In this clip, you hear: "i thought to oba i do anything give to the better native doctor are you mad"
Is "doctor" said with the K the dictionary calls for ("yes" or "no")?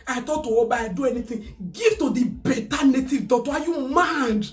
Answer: no